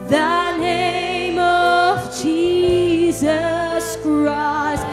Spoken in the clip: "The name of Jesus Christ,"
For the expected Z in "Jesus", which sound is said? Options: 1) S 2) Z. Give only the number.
2